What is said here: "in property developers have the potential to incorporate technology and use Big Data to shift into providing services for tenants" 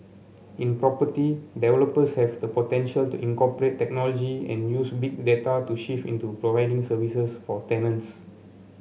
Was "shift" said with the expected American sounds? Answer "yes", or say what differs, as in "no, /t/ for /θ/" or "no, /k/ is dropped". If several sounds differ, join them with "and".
no, /t/ is dropped